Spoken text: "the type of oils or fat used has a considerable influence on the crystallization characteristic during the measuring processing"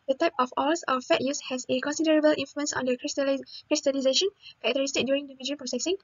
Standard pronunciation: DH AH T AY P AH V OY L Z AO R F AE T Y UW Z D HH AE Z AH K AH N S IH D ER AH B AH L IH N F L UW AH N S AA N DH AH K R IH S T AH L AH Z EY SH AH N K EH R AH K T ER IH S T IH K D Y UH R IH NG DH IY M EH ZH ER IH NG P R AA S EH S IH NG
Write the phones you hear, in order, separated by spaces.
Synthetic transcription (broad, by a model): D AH T AY P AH F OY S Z AO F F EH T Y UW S HH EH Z AH K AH N S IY D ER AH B AH L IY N F L UW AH N S AA N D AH K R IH S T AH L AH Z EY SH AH N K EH AH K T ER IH S T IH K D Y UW R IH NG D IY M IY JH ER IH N P R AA S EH S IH NG